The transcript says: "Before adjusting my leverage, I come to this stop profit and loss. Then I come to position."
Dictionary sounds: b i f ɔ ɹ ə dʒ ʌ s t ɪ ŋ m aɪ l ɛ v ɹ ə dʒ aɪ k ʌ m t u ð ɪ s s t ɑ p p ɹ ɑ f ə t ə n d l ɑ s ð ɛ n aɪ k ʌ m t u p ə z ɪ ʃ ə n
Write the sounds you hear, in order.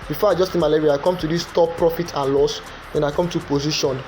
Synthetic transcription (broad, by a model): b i f ɔ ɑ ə dʒ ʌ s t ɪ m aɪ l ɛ ɹ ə aɪ k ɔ m t u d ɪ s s t ɑ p p ɹ ɑ f ə t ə n l ɑ s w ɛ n aɪ k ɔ m t u p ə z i ʃ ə n